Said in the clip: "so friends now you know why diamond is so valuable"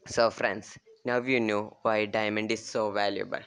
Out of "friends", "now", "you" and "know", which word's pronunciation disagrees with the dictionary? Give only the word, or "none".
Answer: friends